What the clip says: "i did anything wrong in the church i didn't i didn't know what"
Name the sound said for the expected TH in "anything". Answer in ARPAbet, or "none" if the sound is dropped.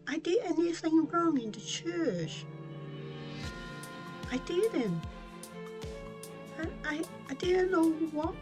TH